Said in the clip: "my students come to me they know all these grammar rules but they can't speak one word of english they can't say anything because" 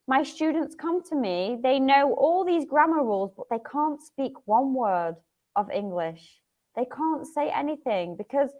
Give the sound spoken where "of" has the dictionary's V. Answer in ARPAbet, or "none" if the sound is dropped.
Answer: V